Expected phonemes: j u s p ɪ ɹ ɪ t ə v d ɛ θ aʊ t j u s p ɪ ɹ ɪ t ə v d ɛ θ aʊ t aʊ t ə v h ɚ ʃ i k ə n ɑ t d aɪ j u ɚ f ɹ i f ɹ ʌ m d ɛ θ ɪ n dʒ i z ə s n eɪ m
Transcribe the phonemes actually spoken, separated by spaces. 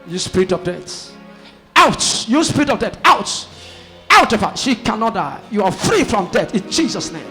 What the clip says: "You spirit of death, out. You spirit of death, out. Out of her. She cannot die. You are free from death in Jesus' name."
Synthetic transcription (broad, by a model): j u s p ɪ ɹ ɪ t ə v d ɛ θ aʊ t j u s p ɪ ɹ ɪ t ə v d ɛ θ aʊ t aʊ t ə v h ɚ ʃ i k ə n ɑ t d aɪ j u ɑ f ɹ i f ɹ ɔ m d ɛ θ ɪ n dʒ i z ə s n eɪ m